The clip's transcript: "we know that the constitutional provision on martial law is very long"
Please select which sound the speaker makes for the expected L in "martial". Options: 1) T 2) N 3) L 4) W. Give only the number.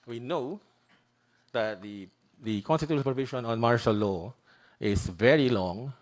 3